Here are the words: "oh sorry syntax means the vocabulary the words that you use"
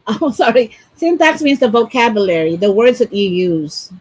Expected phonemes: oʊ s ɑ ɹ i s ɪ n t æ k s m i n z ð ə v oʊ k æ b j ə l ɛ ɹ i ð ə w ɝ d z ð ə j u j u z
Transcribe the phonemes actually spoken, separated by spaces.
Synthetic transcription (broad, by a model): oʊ s ɑ ɹ i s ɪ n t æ k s m i n z ð ə v oʊ k æ b j ə l ɛ ɹ i ð ə w ɝ d z ð ə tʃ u j u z